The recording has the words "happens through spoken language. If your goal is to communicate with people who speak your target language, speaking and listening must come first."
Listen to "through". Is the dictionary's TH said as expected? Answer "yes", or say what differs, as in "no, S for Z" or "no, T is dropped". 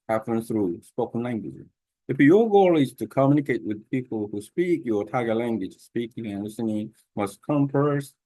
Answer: yes